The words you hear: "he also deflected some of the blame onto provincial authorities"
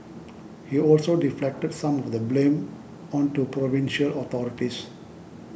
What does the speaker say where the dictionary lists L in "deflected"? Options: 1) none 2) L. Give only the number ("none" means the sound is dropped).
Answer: 2